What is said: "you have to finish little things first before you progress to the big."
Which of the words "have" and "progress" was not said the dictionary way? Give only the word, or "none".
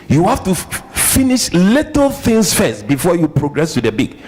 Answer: have